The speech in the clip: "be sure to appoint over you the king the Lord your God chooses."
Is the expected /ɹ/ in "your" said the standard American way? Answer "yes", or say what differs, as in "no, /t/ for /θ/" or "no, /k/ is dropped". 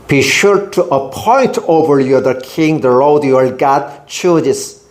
no, /l/ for /ɹ/